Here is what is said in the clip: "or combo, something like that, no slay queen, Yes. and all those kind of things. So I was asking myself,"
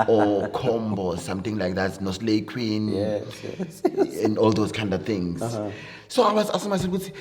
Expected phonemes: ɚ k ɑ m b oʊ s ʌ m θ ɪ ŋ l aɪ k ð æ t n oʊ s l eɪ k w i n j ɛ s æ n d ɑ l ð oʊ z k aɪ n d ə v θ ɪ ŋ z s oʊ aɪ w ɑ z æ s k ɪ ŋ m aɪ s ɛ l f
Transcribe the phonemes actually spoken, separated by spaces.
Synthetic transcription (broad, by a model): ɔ k ɑ m b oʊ s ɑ m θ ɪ ŋ l aɪ k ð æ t n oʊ s l eɪ k w i n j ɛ n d ɑ l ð oʊ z k aɪ n d ə v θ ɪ ŋ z s oʊ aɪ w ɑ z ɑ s ɪ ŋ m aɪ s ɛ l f